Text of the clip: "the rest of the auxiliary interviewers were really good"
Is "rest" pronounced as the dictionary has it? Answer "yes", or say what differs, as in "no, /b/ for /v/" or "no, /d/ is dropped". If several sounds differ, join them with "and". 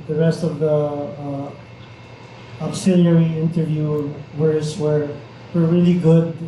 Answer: yes